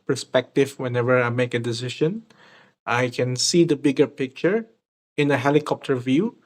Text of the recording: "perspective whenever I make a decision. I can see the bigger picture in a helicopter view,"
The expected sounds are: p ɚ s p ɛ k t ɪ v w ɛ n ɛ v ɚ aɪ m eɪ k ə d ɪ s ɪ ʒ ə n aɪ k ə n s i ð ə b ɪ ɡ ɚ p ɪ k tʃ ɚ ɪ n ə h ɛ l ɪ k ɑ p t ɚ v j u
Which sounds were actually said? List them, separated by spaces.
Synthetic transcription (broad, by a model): p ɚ s p ɛ k t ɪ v w ɛ n ɛ v ɚ aɪ m eɪ k ə d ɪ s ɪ ʃ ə n aɪ k ə n s i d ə b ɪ ɡ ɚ p ɪ k tʃ ɚ ɪ n ə h ɛ l ɪ k ɑ p t ɚ v j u